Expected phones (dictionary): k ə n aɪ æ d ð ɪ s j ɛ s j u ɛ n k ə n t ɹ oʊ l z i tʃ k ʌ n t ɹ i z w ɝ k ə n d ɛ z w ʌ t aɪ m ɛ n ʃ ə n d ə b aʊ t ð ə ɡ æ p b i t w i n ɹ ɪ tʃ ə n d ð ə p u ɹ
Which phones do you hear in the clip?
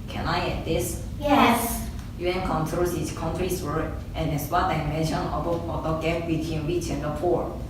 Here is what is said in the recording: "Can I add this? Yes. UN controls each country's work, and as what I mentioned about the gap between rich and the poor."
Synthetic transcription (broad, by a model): k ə n aɪ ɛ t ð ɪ s j ɛ s j u ɛ n k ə n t ɹ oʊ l s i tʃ k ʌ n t ɹ i s w ɝ k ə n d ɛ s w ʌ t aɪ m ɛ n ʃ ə n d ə ɔ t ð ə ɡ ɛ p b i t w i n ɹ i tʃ ə n d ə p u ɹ